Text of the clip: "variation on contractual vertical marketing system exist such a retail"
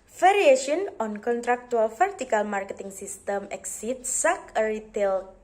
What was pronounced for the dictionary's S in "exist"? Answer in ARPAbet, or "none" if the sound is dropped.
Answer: none